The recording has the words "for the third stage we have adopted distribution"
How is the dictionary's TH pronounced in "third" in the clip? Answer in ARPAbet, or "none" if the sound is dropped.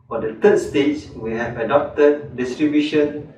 T